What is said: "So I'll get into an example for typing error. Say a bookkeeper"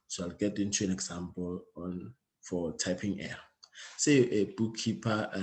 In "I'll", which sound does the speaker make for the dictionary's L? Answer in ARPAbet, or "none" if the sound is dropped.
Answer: L